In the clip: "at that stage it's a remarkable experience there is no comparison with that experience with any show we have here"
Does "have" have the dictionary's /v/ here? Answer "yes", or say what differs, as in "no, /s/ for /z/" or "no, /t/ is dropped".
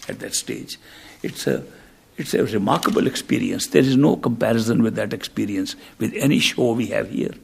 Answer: yes